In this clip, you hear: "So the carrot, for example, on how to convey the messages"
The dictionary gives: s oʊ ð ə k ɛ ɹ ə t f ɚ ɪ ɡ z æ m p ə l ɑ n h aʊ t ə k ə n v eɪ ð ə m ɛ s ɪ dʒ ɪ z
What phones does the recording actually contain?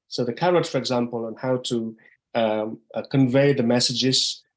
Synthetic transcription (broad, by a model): s oʊ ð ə k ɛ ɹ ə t f ɚ ɪ ɡ z æ m p ə l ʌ n h aʊ t ə k ə n v eɪ ð ə m ɛ s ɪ dʒ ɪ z